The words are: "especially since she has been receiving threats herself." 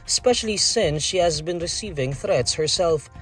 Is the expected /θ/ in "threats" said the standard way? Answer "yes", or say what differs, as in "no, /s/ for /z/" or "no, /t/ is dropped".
yes